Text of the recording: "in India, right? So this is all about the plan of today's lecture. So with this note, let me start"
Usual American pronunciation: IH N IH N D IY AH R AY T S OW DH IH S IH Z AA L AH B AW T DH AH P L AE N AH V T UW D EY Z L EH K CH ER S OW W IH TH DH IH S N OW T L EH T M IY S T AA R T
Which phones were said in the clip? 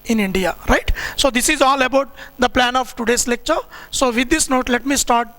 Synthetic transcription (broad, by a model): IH N IH N D IY AH R AY T S OW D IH S IH Z AA L AH B AW T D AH P L AE N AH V T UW D EY S L EH K CH ER S OW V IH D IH S N OW T L EH T M IY S T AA R T